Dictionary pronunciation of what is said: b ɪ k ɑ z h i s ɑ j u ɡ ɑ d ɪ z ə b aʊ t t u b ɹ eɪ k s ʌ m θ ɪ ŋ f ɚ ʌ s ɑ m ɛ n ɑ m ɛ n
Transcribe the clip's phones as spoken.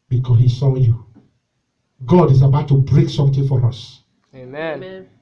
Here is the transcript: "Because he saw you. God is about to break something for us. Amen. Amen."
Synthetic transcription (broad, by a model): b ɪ k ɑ h i s ɑ j u ɡ ɑ d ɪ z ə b aʊ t t u b ɹ eɪ k s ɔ m t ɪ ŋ f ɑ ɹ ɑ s